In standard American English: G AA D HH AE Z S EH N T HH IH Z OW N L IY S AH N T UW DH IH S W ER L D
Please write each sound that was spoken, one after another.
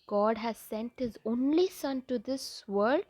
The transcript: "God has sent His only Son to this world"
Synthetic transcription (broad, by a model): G AA D HH AE Z S EH N T HH IH Z OW N L IY S AH N T UW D IH S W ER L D